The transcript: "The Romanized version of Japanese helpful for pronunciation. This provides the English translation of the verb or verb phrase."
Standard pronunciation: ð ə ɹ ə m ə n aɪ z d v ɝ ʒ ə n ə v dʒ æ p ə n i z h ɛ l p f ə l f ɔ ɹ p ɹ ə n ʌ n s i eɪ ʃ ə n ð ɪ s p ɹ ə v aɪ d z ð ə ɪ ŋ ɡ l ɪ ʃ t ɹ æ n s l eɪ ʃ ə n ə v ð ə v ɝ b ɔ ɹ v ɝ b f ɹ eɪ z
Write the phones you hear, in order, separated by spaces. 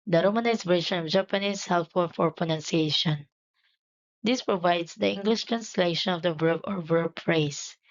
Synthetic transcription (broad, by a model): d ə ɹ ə m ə n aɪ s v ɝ ʃ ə n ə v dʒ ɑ p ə n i s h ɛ l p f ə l f ɔ ɹ p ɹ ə n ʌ n s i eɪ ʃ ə n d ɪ s p ɹ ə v aɪ d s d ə ɪ ŋ ɡ l ɪ ʃ t ɹ æ n s l eɪ ʃ ə n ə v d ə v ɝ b ɔ ɹ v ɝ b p ɹ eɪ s